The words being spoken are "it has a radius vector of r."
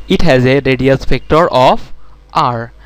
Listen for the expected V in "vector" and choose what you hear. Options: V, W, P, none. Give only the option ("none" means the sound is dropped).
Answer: P